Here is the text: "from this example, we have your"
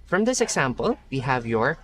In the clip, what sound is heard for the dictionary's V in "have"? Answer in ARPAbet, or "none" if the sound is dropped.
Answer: V